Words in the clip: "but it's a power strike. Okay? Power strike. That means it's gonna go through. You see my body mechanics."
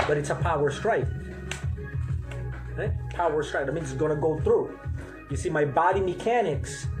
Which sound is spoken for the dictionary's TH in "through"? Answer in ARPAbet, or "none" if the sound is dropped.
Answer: TH